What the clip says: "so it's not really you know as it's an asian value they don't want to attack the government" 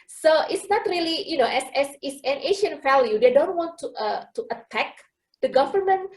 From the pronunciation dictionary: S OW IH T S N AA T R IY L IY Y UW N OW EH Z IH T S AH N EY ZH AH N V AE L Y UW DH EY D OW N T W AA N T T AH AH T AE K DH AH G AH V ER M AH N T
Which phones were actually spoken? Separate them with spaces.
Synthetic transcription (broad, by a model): S OW IH T S N AA T R IY L IY Y UW N OW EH S IH T S AH N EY SH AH N F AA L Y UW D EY D OW N T W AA N T T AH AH T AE K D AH G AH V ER M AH N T